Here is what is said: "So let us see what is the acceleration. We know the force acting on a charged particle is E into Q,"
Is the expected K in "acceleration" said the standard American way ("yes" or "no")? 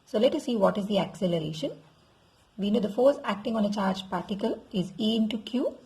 yes